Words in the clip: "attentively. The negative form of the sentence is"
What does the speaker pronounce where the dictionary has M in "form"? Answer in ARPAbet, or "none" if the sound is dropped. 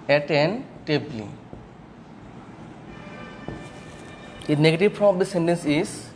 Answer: none